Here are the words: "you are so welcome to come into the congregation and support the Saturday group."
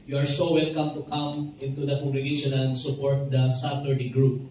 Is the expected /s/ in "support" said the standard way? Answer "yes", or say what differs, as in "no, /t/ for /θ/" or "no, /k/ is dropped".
yes